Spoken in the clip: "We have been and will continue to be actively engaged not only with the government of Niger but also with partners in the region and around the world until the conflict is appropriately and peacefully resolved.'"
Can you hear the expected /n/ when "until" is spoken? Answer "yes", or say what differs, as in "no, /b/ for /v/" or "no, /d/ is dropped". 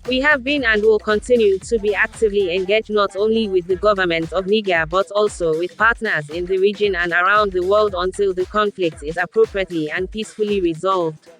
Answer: yes